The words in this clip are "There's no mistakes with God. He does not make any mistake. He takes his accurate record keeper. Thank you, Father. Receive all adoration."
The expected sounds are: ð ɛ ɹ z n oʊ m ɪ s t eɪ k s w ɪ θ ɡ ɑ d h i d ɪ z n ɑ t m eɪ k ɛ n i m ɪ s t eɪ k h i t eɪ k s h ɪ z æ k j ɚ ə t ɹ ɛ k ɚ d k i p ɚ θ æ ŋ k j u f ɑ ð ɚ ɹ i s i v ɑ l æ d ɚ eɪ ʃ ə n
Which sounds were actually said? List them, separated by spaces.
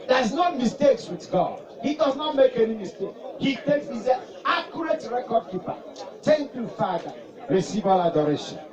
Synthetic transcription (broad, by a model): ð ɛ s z n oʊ m ɪ s t eɪ k s w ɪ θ ɡ ɑ d h i d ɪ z n ɑ t m eɪ k ɛ n i m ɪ s t eɪ k h i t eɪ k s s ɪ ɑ k j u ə t ɹ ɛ k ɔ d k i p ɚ t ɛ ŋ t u f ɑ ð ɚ ɹ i s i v ɑ l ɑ d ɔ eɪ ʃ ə n